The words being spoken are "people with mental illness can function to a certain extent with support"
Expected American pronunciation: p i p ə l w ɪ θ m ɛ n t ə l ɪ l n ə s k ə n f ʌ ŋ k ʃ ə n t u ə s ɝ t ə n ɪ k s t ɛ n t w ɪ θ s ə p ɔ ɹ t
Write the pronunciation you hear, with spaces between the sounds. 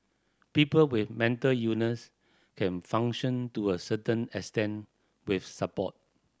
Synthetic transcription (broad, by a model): p i p ə l w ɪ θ m ɛ n t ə l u n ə s k ə n f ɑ ŋ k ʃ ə n t u ə s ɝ t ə n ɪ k s t ɛ n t w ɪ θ s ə p ɔ t